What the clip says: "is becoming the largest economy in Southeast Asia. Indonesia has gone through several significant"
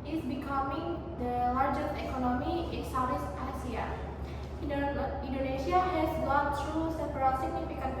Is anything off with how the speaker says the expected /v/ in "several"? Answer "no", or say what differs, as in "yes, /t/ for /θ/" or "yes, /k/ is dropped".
yes, /p/ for /v/